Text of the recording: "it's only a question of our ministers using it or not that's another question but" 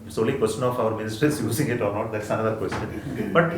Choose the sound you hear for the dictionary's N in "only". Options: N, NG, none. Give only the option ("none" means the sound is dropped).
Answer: none